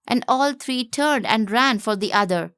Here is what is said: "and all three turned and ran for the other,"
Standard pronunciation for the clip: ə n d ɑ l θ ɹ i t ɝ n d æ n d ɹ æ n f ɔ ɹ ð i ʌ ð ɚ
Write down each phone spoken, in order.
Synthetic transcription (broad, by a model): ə n d ɑ l t ɹ i t ɝ n d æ n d ɹ æ n f ɔ ɹ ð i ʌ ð ɚ